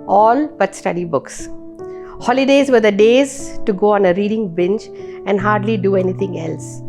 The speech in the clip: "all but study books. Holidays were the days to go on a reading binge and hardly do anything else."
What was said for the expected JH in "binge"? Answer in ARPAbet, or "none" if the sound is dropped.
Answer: CH